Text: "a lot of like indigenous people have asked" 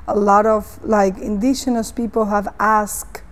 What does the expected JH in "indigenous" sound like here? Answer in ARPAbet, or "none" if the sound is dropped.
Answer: SH